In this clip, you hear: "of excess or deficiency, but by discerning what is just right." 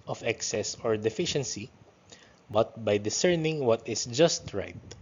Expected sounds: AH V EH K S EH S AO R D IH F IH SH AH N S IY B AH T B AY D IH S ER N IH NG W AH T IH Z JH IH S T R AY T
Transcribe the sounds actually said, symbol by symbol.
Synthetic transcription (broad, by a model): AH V EH K S EH S AO R D IH F IH SH AH N S IY B AH T B AY D IH S ER N IH NG W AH T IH S JH IH S T R AY T